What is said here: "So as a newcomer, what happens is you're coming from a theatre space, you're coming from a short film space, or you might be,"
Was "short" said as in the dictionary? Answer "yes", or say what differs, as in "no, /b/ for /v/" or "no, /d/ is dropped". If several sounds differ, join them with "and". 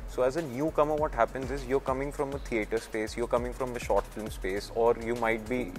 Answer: yes